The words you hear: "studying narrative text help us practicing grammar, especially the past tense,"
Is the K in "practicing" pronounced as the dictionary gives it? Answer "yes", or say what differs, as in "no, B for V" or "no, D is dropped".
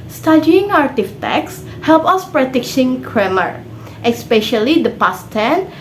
no, K is dropped